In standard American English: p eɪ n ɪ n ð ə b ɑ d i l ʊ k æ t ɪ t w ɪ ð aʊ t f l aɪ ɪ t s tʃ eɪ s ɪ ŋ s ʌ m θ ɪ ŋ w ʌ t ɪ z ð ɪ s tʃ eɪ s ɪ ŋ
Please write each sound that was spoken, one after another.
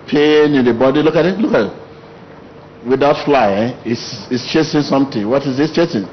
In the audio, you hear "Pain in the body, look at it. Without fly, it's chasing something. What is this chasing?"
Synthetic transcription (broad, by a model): p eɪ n ɪ n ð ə b ɑ d i l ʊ k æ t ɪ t w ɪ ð aʊ t f l aɪ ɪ s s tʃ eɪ s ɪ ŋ s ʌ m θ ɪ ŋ w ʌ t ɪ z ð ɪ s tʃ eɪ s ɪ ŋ